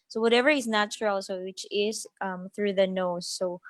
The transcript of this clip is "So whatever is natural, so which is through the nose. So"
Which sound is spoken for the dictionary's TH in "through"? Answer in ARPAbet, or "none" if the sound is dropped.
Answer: TH